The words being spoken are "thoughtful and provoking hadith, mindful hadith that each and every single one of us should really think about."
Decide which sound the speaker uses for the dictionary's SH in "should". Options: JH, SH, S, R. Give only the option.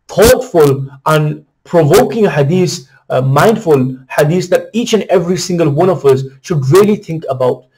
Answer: SH